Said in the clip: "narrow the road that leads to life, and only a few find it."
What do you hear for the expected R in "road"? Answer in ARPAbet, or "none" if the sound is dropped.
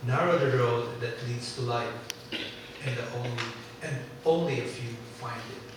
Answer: R